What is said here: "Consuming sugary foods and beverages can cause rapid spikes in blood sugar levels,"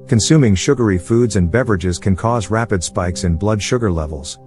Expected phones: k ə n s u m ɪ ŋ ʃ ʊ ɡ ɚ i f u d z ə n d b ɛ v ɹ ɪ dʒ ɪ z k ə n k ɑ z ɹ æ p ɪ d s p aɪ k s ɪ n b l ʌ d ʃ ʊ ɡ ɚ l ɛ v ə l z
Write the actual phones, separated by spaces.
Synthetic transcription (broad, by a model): k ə n s u m ɪ ŋ ʃ ʊ ɡ ɚ i f u d z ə n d b ɛ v ɹ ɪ dʒ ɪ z k ə n k ɑ z ɹ æ p ɪ d s p aɪ k s ɪ n b l ʌ d ʃ ʊ ɡ ɚ l ɛ v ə l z